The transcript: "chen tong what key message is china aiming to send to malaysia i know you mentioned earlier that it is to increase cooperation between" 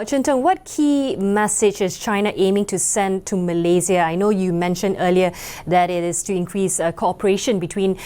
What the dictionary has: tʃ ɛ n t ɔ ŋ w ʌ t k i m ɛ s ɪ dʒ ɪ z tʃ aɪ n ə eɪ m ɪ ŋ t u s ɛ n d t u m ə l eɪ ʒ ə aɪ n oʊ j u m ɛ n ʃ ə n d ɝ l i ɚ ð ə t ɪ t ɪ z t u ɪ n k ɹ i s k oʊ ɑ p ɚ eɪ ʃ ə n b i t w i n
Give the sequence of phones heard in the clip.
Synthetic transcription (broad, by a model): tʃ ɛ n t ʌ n w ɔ t k i m ɛ s ɪ dʒ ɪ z tʃ aɪ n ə eɪ m ɪ ŋ t u s ɛ n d t u m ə l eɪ z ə aɪ n oʊ j u m ɛ n ʃ ə n d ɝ l i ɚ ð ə t ɪ t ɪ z t u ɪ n k ɹ i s k oʊ ɑ p ɚ eɪ ʃ ə n b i t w i n